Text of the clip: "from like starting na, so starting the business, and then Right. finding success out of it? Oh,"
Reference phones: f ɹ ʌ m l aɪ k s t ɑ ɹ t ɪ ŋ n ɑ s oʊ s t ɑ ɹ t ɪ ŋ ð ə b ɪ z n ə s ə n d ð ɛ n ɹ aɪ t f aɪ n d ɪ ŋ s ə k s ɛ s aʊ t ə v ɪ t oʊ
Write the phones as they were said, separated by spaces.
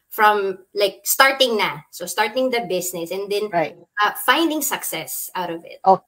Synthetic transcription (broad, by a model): f ɹ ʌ m l aɪ k s t ɑ ɹ t ɪ ŋ n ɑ s oʊ s t ɑ ɹ t ɪ ŋ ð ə b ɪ s n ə s ə n d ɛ n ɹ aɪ f aɪ n d ɪ ŋ s ə k s ɛ s aʊ t ə v ɪ t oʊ